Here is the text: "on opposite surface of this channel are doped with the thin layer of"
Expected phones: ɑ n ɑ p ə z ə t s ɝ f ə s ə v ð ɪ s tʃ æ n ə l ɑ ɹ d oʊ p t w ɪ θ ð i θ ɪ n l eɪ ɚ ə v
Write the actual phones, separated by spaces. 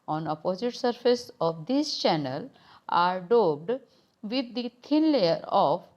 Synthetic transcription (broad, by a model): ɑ n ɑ p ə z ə t s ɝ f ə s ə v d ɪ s tʃ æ n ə l ɑ ɹ d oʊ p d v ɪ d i t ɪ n l eɪ ɚ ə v